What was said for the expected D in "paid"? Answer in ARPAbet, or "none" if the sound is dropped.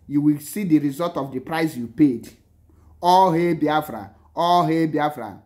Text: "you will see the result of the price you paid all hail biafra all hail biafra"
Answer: D